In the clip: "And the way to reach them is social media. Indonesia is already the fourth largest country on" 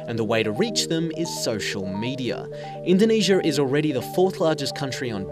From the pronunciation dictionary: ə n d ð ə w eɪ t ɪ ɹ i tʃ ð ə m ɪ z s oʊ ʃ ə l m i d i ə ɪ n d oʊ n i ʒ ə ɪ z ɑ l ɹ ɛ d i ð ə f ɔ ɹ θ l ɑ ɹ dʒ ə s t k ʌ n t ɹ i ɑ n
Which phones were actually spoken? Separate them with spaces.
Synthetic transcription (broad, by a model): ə n ð ə w eɪ t ɪ ɹ i tʃ ð ə m ɪ z s oʊ ʃ l m i d i ə ɪ n d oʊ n i ʒ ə ɪ z l ɹ ɛ d i ð ə f ɔ ɹ θ l ɑ ɹ dʒ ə s k ʌ n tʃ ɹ i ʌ n